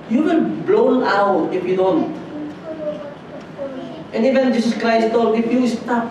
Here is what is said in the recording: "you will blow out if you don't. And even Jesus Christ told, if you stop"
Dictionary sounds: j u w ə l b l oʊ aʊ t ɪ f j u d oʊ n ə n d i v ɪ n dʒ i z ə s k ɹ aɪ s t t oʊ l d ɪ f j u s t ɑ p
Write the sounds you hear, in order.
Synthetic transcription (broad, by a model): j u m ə n b l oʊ aʊ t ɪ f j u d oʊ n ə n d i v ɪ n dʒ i s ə s k ɹ aɪ s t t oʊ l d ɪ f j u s t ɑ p